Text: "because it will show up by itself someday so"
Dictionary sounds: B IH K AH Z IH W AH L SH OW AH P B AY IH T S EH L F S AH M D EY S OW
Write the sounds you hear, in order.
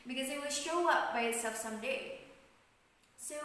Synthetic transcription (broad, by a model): B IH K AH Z IH W AH L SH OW AH P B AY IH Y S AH F S AH M D EY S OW